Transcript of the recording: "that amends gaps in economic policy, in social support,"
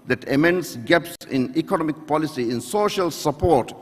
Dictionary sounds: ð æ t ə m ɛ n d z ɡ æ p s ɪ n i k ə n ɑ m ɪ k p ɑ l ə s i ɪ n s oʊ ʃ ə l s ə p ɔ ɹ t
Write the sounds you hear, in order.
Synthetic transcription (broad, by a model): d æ t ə m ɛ n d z ɡ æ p s ɪ n i k ə n ɑ m ɪ k p ɑ l ə s i ɪ n s oʊ ʃ ə l s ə p ɔ ɹ t